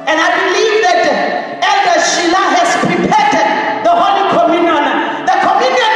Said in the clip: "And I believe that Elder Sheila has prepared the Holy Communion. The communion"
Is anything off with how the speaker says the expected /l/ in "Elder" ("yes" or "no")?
yes